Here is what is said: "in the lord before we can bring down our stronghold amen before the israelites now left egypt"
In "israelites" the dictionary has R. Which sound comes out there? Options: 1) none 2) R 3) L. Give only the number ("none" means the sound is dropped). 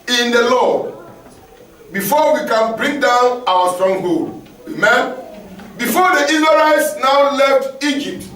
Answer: 1